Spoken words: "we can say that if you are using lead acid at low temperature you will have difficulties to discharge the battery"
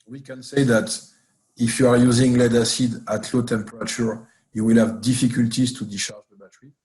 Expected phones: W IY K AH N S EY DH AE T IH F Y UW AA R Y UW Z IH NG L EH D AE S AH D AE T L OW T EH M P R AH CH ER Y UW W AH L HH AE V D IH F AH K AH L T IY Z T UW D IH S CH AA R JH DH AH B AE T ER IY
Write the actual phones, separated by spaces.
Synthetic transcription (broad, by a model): W IY K AH N S EY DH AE T IH F Y UW AA R Y UW Z IH NG L EH D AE S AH D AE T L OW T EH M P R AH CH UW Y UW W AH L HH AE V D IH F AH K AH L T IY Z T UW D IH CH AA R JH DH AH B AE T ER IY